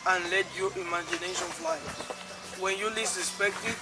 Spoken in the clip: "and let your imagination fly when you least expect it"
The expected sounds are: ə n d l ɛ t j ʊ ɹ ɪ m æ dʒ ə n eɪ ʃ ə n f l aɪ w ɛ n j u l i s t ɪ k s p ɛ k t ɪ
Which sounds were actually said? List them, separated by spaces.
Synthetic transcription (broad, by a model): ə n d l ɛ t j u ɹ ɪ m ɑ dʒ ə n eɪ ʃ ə n f l aɪ w ɛ n j u l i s ɪ s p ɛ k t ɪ